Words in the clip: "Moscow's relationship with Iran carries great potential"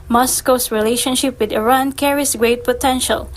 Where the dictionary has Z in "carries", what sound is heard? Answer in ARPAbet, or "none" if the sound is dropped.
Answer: S